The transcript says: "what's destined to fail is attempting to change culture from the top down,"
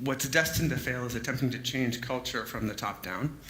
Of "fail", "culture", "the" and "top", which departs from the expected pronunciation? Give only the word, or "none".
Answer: none